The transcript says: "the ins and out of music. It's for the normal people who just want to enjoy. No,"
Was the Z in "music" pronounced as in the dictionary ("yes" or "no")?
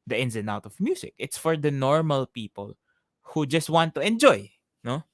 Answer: no